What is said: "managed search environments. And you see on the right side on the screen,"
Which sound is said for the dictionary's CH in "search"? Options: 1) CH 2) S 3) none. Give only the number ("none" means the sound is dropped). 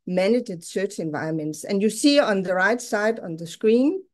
1